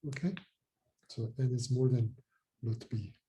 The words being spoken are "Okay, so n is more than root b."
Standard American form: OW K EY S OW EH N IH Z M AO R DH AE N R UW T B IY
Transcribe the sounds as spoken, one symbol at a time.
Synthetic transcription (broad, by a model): OW K EY S OW EH N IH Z M AO R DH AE N L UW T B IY